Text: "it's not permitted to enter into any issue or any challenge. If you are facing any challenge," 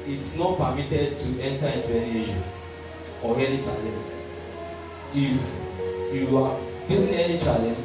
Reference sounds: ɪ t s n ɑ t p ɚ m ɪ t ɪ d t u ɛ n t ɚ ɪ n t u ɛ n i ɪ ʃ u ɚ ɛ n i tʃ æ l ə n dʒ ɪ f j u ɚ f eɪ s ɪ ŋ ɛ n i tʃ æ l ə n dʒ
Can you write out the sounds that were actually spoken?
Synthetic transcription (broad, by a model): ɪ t s n ɑ t p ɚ m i t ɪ d t u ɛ n t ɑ ɪ n t u ɛ n i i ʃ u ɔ ɛ n i tʃ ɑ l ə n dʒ ɪ f j u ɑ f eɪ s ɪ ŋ ɛ n i tʃ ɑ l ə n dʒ